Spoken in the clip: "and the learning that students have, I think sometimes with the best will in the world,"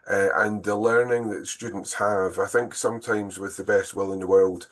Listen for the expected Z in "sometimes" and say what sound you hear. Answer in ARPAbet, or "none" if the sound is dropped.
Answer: Z